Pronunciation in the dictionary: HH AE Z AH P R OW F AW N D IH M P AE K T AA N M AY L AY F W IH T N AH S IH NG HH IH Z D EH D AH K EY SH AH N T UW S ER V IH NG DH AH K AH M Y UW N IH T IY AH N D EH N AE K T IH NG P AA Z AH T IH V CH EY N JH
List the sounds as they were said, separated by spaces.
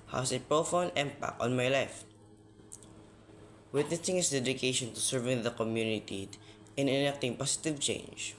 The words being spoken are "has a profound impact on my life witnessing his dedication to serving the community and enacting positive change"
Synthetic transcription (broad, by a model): HH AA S AH P R OW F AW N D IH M P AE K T AA N M AY L AY F W IH T N AH S IH NG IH S D EH D AH K EY SH AH N T UW S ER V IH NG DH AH K AH M Y UW N IH T IY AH N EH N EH K T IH NG P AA S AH T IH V CH EY N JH